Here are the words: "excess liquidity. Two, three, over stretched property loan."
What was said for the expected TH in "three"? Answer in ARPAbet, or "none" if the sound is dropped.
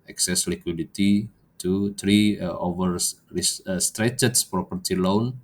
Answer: T